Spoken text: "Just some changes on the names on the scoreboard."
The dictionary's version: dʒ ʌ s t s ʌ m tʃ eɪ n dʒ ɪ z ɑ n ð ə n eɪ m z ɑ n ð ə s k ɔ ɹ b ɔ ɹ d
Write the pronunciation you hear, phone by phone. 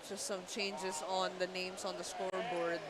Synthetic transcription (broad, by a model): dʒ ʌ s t s ʌ m tʃ eɪ n dʒ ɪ s ɑ n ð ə n eɪ m s ɑ n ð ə s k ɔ ɹ b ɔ ɹ d